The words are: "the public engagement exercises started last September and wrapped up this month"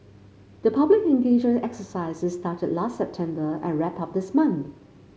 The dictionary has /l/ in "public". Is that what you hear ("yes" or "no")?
yes